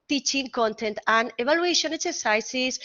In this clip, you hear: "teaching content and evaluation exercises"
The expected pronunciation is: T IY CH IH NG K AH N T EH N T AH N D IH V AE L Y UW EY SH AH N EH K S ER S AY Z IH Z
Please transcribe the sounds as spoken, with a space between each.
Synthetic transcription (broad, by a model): T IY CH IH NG K AH N T EH N T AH N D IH B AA L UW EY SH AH N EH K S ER S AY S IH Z